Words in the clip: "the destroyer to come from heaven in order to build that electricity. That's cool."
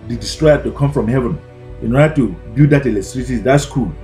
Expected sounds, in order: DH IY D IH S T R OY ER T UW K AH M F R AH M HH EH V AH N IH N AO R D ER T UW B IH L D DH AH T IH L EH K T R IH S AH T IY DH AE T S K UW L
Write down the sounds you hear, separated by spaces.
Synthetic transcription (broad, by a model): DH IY D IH S T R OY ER T UW K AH M F R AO M HH EH V AH N IH N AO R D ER T UW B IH D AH T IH L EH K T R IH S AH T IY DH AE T S K UW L